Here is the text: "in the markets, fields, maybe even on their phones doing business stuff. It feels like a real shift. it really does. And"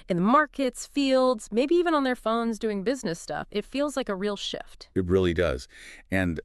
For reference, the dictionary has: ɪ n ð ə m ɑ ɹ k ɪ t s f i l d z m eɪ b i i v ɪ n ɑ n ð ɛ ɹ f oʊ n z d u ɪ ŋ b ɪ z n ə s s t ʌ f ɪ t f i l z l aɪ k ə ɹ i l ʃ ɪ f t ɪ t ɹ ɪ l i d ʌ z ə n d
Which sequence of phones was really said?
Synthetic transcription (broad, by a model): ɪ n ð ə m ɑ ɹ k ɪ t s f i l d z m eɪ b i i v ɪ n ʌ n ð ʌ ɹ f oʊ n z d u ɪ ŋ b ɪ z n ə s s t ʌ f ɪ t f i l z l aɪ k ə ɹ i l ʃ ɪ f t ɪ t ɹ ɪ l i d ʌ z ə n